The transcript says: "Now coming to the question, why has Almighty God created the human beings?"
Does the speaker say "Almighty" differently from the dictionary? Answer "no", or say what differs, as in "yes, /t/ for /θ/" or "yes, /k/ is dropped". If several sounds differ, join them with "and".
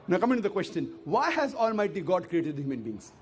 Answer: no